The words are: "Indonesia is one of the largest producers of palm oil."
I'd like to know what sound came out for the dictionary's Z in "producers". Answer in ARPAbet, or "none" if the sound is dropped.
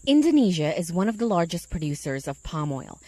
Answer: Z